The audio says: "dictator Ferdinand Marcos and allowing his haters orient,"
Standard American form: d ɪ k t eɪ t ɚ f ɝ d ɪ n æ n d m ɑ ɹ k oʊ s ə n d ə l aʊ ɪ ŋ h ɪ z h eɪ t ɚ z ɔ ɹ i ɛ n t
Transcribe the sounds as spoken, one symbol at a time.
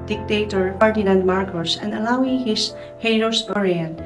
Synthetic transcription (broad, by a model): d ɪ k t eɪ t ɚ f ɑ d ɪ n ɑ n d m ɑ ɹ k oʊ s ə n d ə l aʊ ɪ ŋ h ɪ s h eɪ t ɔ s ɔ ɹ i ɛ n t